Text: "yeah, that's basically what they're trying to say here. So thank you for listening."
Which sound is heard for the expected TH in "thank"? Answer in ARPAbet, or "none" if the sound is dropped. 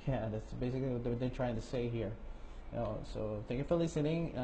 TH